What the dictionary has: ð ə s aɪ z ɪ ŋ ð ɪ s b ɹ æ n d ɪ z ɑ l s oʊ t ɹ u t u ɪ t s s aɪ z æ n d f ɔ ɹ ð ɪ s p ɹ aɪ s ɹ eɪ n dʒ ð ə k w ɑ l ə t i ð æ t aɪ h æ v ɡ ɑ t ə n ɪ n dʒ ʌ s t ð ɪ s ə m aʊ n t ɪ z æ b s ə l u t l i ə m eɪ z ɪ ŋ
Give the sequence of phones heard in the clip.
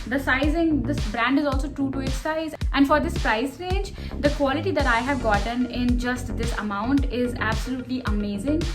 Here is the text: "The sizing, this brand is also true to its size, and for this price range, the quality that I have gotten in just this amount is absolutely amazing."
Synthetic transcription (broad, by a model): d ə s aɪ z ɪ ŋ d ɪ s b ɹ æ n d ɪ z ɑ l s oʊ t ɹ u t u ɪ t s s aɪ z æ n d f ɔ ɹ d ɪ s p ɹ aɪ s ɹ eɪ n dʒ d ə k w ɑ l ə t i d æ t aɪ h æ v ɡ ɑ t ə n ɪ n dʒ ʌ s t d ɪ s ə m aʊ n t ɪ z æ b s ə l u t l i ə m eɪ z ɪ ŋ